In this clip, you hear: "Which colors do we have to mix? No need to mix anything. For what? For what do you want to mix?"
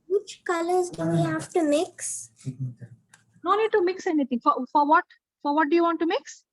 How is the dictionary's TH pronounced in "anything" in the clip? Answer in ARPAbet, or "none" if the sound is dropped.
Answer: T